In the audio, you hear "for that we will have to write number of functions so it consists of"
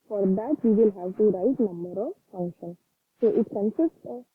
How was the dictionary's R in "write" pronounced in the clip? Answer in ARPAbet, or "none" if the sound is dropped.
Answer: R